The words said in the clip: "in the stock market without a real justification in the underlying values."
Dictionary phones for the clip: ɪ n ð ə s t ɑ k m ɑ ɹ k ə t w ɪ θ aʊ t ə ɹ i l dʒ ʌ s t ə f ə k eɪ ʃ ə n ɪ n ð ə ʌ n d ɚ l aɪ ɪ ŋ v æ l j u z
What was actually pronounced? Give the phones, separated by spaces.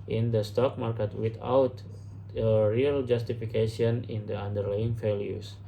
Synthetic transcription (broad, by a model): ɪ n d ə s t ɑ k m ɑ ɹ k ə t w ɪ t aʊ t ə ɹ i l dʒ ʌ s t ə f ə k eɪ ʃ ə n ɪ n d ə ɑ n d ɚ l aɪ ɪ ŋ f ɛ l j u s